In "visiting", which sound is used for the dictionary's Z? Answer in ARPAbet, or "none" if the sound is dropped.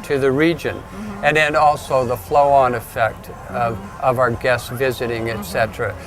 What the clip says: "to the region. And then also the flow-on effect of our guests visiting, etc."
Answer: Z